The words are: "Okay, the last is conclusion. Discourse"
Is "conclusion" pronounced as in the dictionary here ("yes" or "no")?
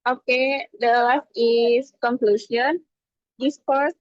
no